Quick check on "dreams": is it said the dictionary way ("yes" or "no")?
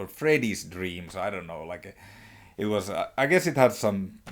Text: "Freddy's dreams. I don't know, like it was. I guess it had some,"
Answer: no